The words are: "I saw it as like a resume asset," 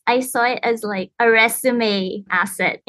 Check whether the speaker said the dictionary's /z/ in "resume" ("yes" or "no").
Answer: no